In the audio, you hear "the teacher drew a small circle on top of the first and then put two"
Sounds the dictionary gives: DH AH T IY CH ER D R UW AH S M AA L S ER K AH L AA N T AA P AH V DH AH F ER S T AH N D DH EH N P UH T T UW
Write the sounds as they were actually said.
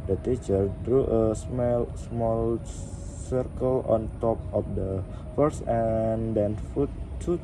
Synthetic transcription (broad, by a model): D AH T IY CH ER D R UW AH S M AA L S ER K AH L AA N T AA P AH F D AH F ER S AH N D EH N F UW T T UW